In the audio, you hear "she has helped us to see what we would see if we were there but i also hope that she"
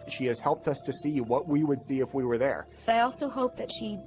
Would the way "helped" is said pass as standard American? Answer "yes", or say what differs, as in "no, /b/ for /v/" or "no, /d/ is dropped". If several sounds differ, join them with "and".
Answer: yes